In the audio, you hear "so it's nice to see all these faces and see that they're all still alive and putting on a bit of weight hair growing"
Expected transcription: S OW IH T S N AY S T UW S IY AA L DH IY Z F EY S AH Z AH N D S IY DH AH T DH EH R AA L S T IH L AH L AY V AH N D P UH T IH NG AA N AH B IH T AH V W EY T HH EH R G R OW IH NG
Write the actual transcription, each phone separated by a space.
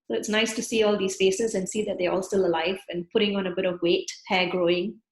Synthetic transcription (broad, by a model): S OW IH T S N AY S T UW S IY AA L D IY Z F EY S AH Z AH N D S IY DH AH T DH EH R AA L S T IH L AH L AY V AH N P UH T IH NG AA N AH B IH T AH V W EY T HH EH G R OW IH NG